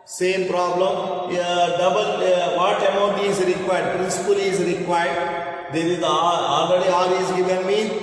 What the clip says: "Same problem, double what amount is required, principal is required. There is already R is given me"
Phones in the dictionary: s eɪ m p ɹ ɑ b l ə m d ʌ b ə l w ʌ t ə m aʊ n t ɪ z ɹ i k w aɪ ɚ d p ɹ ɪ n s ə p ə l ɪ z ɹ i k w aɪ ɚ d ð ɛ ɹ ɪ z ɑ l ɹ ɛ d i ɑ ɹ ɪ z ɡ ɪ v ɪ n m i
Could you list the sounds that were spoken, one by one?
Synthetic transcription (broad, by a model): s eɪ m p ɹ ɑ b l ə m d ʌ b ə l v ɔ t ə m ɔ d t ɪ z ɹ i k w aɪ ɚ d p ɹ ɪ n s ə p ə l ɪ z ɹ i k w aɪ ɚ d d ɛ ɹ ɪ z ɑ l ɹ ɛ d i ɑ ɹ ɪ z ɡ ɪ v ɪ n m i